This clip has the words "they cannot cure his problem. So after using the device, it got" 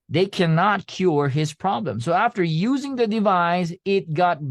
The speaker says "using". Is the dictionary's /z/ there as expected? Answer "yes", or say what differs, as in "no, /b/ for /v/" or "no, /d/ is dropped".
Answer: yes